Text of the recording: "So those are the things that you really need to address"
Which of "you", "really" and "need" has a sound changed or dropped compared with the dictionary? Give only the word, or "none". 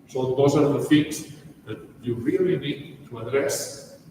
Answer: none